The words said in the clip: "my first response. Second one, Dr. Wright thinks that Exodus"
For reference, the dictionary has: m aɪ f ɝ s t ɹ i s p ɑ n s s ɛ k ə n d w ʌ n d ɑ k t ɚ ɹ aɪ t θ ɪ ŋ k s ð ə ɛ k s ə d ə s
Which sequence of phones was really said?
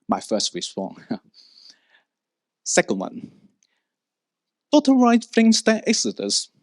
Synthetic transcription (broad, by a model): m aɪ f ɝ s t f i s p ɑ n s s ɛ k ə n d w ʌ n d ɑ t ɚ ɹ aɪ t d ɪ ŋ s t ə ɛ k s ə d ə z